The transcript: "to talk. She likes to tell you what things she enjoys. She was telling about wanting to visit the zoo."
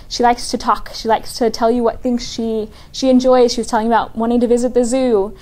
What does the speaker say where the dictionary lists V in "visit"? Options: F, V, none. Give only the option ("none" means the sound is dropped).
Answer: V